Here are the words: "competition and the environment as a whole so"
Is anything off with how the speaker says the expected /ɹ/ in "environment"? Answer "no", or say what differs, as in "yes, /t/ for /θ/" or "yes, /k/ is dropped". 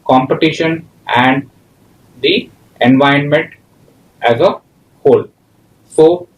yes, /ɹ/ is dropped